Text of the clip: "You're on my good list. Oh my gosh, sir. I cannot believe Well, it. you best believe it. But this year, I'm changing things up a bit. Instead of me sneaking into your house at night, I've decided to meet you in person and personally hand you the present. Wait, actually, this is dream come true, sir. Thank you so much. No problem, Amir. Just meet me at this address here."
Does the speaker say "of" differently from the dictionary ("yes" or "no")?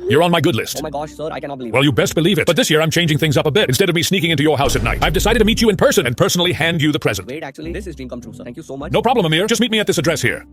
no